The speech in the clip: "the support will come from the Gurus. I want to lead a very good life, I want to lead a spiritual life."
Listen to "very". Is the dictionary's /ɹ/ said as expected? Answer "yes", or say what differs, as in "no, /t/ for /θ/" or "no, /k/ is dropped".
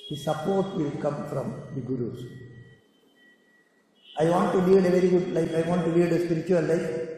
yes